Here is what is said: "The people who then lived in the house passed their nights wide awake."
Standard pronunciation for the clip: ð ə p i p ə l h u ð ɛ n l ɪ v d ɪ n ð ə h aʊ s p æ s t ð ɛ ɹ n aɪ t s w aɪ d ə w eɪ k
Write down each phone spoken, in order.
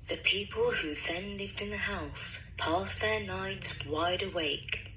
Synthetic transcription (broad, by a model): ð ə p i p ə l h u ð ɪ n l ɪ v d ɪ n ð ə h aʊ s p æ s ð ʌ ɹ n aɪ t s w aɪ d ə w eɪ k